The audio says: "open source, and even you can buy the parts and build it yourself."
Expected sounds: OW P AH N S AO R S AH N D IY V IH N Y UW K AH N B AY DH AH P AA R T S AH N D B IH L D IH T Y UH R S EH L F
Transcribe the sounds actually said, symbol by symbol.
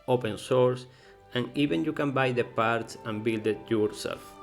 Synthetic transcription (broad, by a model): OW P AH N S AO R S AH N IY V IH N Y UW K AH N B AY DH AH P AA R T S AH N B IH L D IH T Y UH R S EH L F